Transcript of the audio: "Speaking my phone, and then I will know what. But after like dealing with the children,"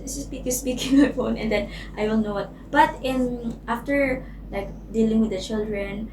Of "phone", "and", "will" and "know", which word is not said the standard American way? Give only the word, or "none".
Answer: will